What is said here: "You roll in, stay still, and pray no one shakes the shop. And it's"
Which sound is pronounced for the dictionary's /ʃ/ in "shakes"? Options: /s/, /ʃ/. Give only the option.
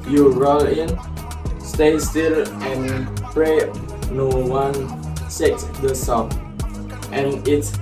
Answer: /s/